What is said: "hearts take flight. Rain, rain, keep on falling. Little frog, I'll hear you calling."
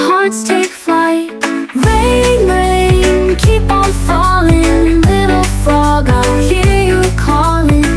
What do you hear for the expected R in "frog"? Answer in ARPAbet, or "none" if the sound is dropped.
none